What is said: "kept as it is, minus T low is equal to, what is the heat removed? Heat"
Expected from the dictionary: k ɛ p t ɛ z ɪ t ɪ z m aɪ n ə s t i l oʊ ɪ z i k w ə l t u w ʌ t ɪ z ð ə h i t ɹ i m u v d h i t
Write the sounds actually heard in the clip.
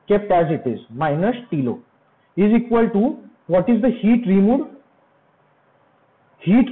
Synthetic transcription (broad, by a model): k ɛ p t ɛ z ɪ t ɪ z m aɪ n ə s t i l oʊ ɪ z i k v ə l t u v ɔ t ɪ z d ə h i t ɹ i m u d h i t